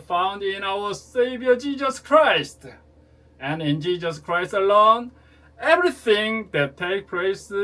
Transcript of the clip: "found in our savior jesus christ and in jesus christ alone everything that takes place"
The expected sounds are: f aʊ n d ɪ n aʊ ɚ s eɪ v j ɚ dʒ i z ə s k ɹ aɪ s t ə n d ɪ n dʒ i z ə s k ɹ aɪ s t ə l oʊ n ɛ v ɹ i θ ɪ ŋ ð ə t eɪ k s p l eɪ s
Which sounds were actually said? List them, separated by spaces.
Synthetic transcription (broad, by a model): f aʊ n d ɪ n aʊ ɚ s eɪ v j ɚ dʒ i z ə s k ɹ aɪ s t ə n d ɪ n dʒ i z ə s k ɹ aɪ s t ə l oʊ n ɛ v ɹ i θ ɪ ŋ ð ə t eɪ k p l eɪ s